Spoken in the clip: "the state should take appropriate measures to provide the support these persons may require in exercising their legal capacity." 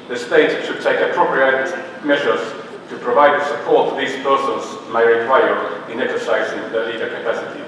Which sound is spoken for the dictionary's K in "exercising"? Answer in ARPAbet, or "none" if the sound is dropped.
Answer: K